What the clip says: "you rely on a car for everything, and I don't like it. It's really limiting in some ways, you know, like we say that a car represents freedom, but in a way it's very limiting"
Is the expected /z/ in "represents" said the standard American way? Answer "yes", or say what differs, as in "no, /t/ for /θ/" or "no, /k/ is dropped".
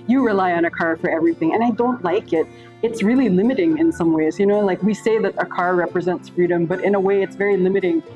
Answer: yes